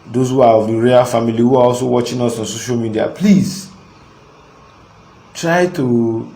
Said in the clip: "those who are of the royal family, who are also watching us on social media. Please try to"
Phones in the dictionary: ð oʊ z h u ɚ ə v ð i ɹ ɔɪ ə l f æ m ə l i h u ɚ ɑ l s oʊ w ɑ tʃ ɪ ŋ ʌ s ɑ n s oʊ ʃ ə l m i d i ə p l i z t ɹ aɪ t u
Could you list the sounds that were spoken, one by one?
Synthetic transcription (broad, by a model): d oʊ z h u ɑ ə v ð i ɹ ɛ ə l f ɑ m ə l i h u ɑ ɑ l s oʊ w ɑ tʃ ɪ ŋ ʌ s ɑ n s oʊ ʃ ə l m i d i ə p l i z t ɹ aɪ t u